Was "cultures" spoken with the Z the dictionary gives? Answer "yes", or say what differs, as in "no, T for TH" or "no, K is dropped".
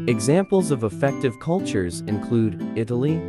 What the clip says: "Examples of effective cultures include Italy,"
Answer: yes